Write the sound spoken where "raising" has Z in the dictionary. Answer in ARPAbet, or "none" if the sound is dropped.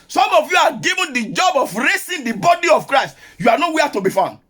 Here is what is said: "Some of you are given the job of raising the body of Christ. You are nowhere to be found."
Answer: S